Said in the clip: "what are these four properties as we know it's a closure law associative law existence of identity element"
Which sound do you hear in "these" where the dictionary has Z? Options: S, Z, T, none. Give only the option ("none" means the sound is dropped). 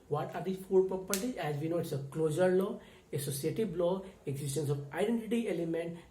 none